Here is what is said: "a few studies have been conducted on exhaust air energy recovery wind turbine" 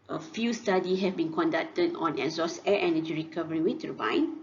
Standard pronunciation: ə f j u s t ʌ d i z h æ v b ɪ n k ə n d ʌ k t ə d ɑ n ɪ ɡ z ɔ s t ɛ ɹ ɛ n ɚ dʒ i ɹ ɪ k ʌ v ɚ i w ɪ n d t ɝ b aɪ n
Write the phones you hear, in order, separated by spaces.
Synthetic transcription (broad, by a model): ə f j u s t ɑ d i h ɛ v b ɪ n k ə n d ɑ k t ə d ɑ n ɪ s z ɔ s ɛ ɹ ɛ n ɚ dʒ i ɹ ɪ k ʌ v ɚ i w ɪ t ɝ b aɪ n